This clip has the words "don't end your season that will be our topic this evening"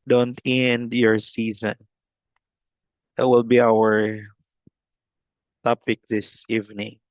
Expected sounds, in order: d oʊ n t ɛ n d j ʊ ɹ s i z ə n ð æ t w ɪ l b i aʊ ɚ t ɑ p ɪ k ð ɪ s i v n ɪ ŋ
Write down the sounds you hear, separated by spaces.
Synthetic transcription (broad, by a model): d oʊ n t ɛ n d j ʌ ɹ s i z ə n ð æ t w ɪ l b i aʊ ɚ t ɑ p ɪ k ð ɪ s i v n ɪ ŋ